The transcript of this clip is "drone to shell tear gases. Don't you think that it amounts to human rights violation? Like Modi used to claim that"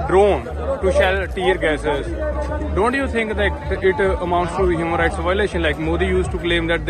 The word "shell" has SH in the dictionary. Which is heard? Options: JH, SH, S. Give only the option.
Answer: SH